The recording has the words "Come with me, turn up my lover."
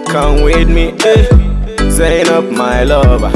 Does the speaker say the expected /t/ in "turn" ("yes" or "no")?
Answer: no